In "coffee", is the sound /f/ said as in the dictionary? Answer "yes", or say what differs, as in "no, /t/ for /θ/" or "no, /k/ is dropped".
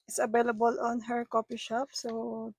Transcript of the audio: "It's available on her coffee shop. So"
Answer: no, /p/ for /f/